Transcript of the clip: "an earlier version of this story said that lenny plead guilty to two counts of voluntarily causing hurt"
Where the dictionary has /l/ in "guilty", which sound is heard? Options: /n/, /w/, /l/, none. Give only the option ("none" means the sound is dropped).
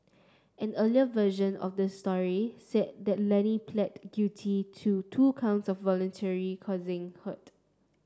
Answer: none